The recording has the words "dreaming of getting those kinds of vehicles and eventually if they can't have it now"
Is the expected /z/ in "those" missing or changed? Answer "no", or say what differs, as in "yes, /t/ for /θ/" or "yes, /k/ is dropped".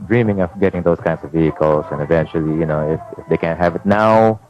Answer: yes, /s/ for /z/